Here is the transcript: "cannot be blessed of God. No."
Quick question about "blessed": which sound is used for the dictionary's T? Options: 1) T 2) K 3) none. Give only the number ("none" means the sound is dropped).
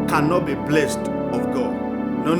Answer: 1